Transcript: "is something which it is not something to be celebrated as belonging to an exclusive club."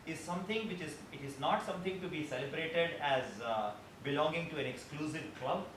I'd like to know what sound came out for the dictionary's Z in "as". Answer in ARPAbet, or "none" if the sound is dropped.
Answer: Z